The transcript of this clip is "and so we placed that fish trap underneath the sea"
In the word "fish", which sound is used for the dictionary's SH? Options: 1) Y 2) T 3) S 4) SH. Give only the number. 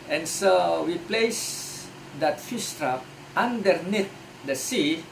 3